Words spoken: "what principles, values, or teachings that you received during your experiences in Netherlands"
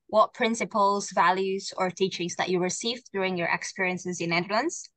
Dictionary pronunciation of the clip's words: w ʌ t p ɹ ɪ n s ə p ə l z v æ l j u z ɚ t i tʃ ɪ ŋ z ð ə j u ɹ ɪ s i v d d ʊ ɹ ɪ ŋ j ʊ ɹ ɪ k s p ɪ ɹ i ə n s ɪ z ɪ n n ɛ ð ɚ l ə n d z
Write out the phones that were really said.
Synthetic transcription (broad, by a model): w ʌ t p ɹ ɪ n s ə p ə l z v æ l j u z ɚ t i tʃ ɪ ŋ z ð ə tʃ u ɹ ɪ s i v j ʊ ɹ ɪ ŋ j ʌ ɹ ɪ k s p ɪ ɹ i ə n s ɪ z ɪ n n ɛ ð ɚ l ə n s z